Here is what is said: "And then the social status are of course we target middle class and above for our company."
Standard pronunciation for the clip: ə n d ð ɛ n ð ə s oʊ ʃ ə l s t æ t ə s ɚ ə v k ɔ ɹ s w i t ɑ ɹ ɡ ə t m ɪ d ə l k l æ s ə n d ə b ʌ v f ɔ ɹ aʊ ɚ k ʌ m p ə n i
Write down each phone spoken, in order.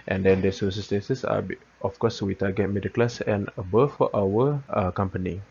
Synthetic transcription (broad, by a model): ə n d ɛ n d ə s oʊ s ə s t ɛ s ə s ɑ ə f k ɔ s w i t ɑ ɡ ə t m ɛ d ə k l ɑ s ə n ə b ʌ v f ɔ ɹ aʊ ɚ k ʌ m p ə n i